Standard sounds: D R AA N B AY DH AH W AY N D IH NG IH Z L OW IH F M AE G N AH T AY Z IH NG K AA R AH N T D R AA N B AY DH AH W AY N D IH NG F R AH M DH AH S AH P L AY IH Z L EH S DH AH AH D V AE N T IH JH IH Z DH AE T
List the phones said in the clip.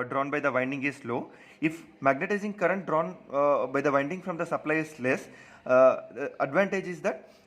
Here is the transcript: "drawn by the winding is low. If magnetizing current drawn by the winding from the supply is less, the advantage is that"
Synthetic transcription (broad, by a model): D R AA N B AY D AH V AY N D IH NG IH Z L OW IH F M AE G N AH T AY Z IH NG K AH R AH N T D R AA N B AY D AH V AY N D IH NG F R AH M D AH S AH P L AY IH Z L EH S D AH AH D V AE N T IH JH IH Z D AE T